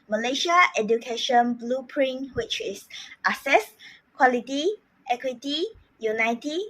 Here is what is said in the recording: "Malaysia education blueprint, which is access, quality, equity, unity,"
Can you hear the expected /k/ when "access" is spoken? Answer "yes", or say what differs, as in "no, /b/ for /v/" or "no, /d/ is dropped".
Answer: no, /k/ is dropped